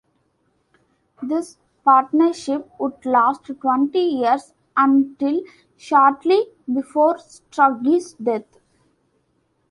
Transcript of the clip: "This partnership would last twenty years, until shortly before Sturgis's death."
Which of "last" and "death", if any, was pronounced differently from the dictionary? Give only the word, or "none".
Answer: death